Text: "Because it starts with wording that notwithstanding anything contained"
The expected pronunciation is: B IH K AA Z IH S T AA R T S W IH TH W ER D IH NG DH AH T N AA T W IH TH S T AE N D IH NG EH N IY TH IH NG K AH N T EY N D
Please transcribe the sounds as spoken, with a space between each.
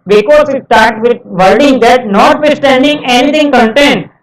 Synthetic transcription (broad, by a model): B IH K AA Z IH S T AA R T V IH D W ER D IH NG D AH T N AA T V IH S T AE N D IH NG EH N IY T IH NG K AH N T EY N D